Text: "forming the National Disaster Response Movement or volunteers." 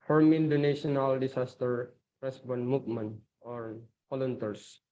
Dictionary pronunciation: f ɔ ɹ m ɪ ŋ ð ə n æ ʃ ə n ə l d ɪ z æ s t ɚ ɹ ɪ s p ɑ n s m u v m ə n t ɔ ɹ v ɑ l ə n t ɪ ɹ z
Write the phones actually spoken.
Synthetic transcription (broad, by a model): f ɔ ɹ m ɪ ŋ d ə n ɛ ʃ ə n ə l d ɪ s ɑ s t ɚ ɹ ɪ s b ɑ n m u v m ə n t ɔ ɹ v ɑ l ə n t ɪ ɹ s